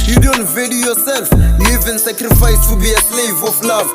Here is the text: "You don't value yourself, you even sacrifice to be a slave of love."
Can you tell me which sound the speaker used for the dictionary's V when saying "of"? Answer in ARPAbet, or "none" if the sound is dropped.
F